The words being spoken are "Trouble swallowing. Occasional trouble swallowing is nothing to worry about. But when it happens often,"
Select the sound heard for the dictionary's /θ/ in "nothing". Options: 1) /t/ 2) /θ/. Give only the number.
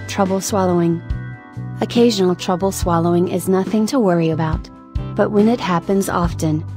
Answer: 2